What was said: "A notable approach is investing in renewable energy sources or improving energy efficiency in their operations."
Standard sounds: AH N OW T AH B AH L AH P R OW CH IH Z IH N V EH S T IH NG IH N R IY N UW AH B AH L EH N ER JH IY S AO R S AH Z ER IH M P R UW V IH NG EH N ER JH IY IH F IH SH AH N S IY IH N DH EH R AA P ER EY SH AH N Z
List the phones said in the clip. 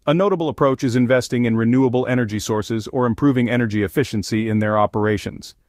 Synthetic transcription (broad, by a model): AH N OW T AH B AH L AH P R OW CH IH Z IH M V EH S T IH NG IH N R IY N UW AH B L EH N ER JH IY S AO R S AH Z ER IH M P R UW V IH NG EH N ER JH IY IH F IH SH AH N S IY IH N DH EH R AA P ER EY SH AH N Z